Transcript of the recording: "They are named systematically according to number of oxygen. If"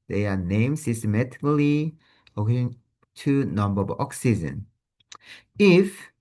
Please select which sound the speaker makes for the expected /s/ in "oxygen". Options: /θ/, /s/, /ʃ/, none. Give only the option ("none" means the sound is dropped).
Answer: /s/